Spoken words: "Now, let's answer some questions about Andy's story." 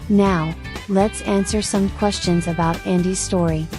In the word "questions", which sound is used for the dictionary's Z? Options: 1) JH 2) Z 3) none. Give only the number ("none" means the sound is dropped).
2